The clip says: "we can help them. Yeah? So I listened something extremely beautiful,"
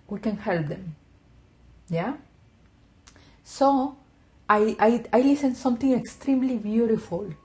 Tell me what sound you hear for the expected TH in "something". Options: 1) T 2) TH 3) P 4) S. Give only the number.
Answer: 1